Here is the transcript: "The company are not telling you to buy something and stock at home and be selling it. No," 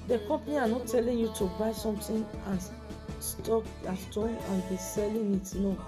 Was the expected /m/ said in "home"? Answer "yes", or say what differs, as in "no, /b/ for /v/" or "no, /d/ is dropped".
no, /m/ is dropped